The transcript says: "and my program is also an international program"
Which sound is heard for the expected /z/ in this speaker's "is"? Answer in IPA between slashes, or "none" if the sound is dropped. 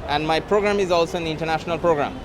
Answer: /z/